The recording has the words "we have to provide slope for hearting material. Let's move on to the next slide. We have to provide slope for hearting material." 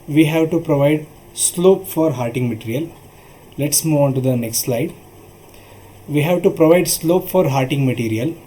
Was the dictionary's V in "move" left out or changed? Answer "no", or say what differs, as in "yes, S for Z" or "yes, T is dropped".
no